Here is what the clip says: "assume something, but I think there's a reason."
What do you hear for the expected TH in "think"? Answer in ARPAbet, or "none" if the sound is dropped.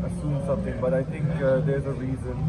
TH